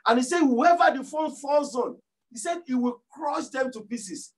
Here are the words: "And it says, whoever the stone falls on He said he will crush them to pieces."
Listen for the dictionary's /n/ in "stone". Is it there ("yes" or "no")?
no